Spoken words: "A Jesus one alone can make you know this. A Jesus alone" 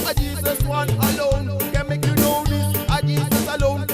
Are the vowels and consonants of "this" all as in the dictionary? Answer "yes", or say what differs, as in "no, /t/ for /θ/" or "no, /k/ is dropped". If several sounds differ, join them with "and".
no, /s/ is dropped